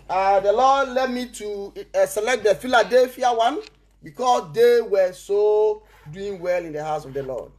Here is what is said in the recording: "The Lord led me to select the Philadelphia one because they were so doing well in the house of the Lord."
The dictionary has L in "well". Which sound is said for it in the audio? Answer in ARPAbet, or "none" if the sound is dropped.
L